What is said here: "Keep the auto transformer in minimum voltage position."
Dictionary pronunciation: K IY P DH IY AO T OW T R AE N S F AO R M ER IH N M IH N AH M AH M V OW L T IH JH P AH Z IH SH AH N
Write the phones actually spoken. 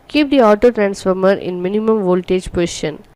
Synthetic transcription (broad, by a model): K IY P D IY AO T OW T R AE N S F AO R M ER IH N M IH N AH M AH M V OW L T IH JH P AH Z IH SH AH N